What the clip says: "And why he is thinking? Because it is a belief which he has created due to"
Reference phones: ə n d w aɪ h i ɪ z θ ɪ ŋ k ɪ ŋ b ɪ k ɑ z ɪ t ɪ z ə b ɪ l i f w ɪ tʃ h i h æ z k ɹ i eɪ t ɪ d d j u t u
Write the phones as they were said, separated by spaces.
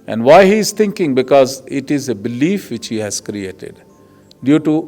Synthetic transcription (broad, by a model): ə n d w aɪ h i ɪ z t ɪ ŋ k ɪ ŋ b ɪ k ɑ z ɪ t ɪ z ə b ɪ l i f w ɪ tʃ h i h æ z k ɹ i eɪ t ɪ d d j u t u